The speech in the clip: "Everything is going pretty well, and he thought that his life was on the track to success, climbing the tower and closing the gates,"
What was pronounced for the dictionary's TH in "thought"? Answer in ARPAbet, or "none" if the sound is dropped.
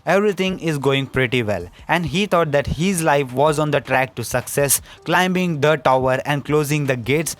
T